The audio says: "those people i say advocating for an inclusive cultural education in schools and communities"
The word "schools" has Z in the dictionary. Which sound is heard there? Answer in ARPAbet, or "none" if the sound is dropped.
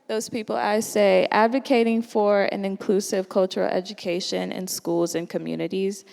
Z